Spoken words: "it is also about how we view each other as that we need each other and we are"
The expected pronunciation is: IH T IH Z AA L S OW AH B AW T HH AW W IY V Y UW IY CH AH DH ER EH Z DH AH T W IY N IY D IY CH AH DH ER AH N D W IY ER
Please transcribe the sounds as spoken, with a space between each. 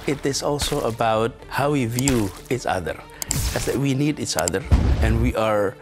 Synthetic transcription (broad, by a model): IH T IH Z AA L S OW AH B AW T HH AW W IY V Y UW IY CH AH DH ER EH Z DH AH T W IY N IY D IY CH AH DH ER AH N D W IY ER